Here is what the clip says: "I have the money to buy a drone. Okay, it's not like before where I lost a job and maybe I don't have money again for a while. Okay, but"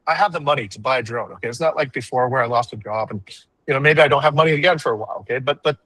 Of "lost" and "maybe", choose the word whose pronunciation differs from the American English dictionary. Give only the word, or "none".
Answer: none